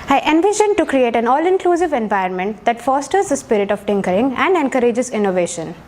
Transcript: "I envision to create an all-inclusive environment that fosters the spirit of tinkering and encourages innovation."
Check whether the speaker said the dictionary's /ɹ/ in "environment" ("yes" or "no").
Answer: no